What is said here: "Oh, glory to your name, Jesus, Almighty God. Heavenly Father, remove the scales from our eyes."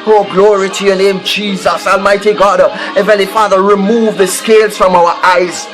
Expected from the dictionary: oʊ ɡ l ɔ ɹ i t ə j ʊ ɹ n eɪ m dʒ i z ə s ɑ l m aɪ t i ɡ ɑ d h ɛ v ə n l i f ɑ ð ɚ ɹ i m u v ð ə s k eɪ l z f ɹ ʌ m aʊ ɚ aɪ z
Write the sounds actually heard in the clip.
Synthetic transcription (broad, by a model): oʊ ɡ l ɔ ɹ i t ə j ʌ n eɪ m dʒ i z ə s ɑ l m aɪ t i ɡ ɑ d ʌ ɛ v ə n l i f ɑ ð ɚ ɹ i m u v ð ə s k eɪ l z f ɹ ʌ m aʊ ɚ aɪ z